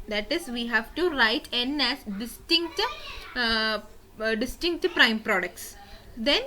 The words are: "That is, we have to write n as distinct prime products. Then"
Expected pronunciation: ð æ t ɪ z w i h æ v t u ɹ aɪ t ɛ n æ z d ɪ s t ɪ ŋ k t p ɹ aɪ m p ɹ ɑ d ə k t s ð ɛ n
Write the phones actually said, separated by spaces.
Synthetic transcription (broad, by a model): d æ t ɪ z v i h æ v t u ɹ aɪ t ɛ n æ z d ɪ s t ɪ ŋ k t p ɹ aɪ m p ɹ ɑ d ə k t s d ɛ n